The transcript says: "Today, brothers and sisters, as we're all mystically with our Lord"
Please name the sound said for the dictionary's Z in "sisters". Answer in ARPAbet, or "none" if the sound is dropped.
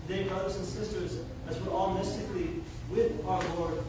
Z